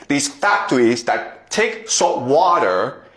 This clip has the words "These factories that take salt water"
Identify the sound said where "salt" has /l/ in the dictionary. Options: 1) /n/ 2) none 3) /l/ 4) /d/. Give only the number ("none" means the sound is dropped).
2